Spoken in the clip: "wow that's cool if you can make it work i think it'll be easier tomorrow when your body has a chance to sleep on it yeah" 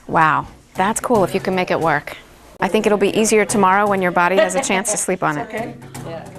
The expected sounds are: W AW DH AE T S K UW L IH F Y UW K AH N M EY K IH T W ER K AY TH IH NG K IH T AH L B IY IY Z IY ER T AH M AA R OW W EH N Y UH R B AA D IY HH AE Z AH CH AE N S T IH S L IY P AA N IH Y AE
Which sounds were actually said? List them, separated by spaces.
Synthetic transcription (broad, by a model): W AW DH AE T S K UW L IH F Y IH K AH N M EY K IH T W ER K AY TH IH NG K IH T L B IY IY Z IY ER T AH M AA R OW W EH N Y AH R B AA D IY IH Z AH CH AE N S T IH S L IY P N IH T